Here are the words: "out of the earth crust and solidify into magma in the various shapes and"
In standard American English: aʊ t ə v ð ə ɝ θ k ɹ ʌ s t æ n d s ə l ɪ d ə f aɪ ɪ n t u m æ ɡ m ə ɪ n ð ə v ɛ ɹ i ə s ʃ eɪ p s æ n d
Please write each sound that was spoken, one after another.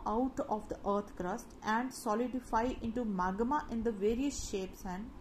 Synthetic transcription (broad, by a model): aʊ t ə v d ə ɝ t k ɹ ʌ s t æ n d s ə l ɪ d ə f aɪ ɪ n t u m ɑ ɡ m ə ɪ n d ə v ɛ ɹ i ə s ʃ eɪ p s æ n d